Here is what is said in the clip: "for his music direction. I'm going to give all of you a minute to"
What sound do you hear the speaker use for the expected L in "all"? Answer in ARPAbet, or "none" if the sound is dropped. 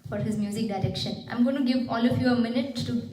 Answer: L